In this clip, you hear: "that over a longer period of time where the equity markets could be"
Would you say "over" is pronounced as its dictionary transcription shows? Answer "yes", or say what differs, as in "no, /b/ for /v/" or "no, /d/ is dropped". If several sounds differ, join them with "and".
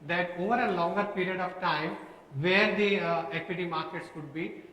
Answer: yes